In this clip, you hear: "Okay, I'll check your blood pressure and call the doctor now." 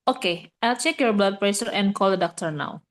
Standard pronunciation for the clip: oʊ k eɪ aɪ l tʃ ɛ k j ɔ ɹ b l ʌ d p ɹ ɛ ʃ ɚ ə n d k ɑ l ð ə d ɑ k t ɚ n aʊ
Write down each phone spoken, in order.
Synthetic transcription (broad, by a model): oʊ k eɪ aɪ l tʃ ɛ k j ɔ ɹ b l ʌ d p ɹ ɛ s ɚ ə n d k ɑ l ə d ɑ k t ɚ n aʊ